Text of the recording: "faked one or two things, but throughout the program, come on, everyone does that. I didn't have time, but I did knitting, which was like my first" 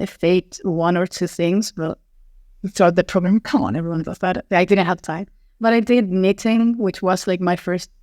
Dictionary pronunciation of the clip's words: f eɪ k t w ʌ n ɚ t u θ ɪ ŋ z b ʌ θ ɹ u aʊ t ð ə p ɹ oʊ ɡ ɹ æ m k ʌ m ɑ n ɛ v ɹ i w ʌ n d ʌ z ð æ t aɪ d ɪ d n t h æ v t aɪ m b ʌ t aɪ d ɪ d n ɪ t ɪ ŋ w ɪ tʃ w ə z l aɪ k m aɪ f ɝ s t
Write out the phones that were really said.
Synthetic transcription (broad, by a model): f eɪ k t w ʌ n ɚ t u θ ɪ ŋ z b ʌ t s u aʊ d ð ə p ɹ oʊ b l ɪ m k ɑ n ɛ v ɹ i w ʌ n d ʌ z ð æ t aɪ d ɪ d n t h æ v t aɪ m b ʌ t aɪ d ɪ d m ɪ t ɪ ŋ w ɪ tʃ w ə z l aɪ k m aɪ f ɝ s t